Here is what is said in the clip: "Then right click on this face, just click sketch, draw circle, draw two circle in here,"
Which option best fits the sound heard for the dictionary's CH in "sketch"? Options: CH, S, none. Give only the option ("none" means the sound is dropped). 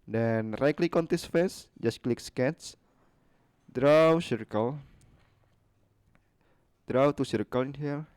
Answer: S